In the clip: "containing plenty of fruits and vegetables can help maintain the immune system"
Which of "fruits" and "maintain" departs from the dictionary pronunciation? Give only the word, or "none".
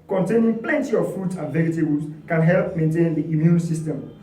fruits